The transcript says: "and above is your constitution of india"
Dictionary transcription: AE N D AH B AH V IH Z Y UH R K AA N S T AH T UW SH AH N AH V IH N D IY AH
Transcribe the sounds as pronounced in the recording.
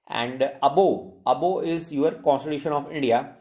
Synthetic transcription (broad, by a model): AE N D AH B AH B IH Z Y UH R K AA N S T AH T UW SH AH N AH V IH N D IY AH